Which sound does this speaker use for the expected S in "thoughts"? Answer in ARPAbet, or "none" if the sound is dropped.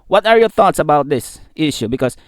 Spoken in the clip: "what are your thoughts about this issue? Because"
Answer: S